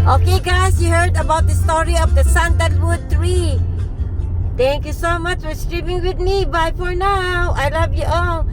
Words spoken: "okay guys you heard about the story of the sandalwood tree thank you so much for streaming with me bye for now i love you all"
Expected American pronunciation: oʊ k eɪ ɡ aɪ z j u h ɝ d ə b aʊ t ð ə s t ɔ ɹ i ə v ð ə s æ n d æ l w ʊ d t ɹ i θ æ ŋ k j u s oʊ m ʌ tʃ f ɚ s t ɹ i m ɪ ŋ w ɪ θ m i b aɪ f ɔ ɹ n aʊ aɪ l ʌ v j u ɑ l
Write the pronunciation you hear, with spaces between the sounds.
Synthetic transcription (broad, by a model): oʊ k eɪ ɡ aɪ s j u h ɝ d ə b aʊ t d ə s t ɔ ɹ i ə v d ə s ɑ n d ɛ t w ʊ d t ɹ i t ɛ ŋ k j u s oʊ m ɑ tʃ f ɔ s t ɹ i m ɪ ŋ w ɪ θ m i b aɪ f ɔ ɹ n aʊ aɪ l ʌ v j u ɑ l